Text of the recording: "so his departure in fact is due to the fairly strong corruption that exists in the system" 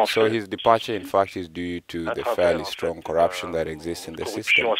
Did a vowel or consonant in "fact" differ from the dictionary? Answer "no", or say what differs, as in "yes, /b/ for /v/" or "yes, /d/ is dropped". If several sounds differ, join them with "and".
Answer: no